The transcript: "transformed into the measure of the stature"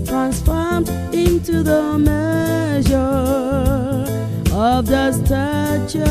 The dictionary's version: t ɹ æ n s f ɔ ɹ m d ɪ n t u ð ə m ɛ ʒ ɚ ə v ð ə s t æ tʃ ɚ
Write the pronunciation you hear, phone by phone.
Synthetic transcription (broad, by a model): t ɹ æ n s f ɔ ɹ m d ɪ n t u ð ə m ɛ ʒ ɚ ə v ð ə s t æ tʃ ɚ